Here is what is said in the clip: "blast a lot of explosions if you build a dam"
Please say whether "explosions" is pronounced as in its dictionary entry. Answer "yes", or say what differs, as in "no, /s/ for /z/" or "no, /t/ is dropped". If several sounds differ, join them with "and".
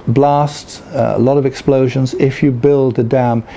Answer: yes